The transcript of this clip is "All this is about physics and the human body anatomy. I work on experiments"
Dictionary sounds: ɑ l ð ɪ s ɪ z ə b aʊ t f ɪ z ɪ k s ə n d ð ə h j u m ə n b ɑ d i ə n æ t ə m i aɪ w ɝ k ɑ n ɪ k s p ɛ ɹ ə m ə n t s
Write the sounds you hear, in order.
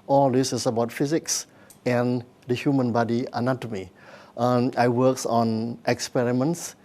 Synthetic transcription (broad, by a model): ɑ l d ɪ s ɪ s ə b aʊ t f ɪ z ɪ k s ə n d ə h j u m ə n b ɑ d i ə n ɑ t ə m i aɪ w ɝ k ɑ n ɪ k s p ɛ ɹ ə m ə n t s